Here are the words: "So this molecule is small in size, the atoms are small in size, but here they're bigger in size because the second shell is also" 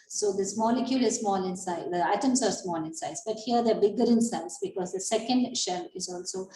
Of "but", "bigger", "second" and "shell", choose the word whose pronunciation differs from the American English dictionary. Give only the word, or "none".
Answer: none